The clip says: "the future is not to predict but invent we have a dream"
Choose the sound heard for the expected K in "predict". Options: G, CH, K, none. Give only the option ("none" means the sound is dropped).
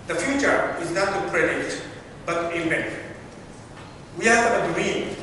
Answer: none